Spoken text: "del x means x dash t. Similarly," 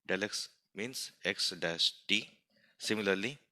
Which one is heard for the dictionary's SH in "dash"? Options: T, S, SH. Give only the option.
S